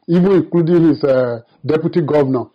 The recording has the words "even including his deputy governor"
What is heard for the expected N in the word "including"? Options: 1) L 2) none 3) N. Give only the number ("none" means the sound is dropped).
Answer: 2